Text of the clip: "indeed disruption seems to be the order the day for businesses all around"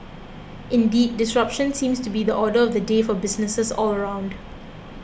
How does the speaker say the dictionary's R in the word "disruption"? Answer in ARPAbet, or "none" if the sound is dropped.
R